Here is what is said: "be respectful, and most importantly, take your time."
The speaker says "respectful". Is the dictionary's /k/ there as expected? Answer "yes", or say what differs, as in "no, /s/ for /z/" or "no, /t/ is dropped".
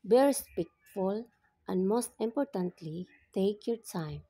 no, /k/ is dropped